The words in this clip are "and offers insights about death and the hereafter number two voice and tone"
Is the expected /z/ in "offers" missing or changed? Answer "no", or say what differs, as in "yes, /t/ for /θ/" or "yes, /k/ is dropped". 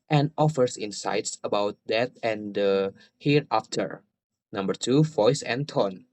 yes, /s/ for /z/